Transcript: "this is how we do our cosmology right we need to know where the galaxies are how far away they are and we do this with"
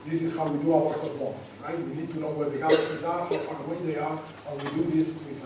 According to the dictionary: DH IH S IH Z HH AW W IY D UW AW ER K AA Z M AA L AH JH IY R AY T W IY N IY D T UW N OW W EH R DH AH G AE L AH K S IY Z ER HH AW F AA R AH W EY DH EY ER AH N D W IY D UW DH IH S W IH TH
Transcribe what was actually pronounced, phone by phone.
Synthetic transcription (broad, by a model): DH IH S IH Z HH AW W IY D UW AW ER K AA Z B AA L R AY T W IY N IY D T UW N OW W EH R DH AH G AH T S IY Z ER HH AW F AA W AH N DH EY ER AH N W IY D UW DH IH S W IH